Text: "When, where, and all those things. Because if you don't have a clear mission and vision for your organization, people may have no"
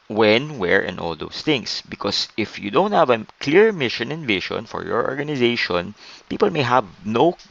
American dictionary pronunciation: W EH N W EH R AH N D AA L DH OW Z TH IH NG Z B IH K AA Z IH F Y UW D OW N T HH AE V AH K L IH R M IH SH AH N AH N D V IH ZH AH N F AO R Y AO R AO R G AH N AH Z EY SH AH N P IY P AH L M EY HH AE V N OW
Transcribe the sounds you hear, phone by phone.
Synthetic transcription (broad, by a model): W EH N W EH R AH N AA L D OW S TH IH NG S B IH K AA S IH F Y UW D OW N T HH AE V AH K L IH R M IH SH AH N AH N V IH SH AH N F AO R Y AO R AO R G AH N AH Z EY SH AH N P IY P AH L M EY HH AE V N OW